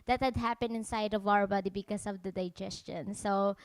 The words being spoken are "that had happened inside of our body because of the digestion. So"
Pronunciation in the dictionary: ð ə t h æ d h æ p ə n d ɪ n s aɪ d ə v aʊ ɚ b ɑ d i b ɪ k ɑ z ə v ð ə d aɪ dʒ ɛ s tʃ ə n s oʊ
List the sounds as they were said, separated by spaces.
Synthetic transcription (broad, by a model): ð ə t h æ d h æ p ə n ɪ n s aɪ d ə v aʊ ɚ b ɑ d i b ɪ k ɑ s ə v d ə d aɪ dʒ ɛ s tʃ ə n s oʊ